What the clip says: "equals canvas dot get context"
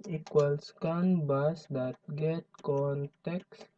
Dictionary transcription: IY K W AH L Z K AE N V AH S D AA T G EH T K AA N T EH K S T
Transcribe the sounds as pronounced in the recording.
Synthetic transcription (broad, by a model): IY K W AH L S K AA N B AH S D AA T G EH T K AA N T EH K S